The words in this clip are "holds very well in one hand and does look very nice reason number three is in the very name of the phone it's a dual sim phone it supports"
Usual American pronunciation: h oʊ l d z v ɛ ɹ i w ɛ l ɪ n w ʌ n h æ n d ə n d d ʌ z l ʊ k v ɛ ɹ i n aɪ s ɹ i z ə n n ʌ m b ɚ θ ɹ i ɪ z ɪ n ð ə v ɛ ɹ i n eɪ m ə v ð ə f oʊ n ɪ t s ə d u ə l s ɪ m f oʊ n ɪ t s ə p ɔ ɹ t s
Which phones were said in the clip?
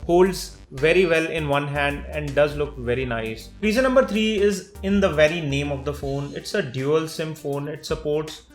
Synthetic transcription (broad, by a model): h oʊ l d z v ɛ ɹ i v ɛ l ɪ n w ʌ n h æ n d ə n d d ʌ z l ʊ k v ɛ ɹ i n aɪ s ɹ i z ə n n ʌ m b ɚ t ɹ i ɪ z ɪ n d ə v ɛ ɹ i n eɪ m ə v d ə f oʊ n ɪ t s ə d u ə l s ɪ m f oʊ n ɪ t s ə p ɔ ɹ t s